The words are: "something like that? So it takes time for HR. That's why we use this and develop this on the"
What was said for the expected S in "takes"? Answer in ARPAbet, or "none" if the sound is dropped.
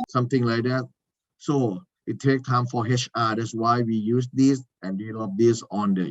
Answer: none